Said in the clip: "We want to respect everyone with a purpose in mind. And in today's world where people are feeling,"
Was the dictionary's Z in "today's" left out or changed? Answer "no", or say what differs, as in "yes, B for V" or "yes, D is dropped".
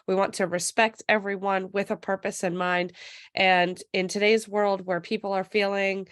no